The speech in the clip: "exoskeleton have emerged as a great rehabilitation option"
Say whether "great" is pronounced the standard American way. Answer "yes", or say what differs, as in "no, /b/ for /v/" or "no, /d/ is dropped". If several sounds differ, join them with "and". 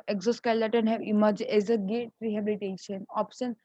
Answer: no, /ɹ/ is dropped